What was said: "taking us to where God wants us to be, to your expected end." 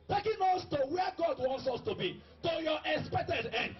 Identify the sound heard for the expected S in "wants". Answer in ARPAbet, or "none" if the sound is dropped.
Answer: S